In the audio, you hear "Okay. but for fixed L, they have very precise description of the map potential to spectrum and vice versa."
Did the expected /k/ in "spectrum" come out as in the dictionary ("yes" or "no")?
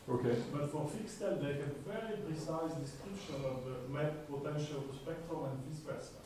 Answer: yes